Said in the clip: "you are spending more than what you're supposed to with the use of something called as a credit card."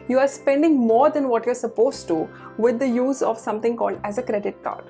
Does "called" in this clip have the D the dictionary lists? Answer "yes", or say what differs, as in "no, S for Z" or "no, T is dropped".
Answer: yes